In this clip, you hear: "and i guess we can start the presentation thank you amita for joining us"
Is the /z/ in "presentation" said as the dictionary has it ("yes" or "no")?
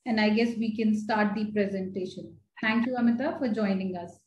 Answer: yes